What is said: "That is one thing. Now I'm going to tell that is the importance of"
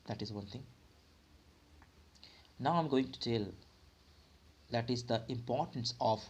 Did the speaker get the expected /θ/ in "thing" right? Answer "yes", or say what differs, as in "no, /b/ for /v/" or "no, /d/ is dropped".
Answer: no, /t/ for /θ/